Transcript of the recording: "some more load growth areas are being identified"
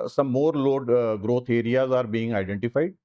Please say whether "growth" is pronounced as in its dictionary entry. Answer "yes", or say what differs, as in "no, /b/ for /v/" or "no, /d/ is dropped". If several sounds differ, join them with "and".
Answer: no, /t/ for /θ/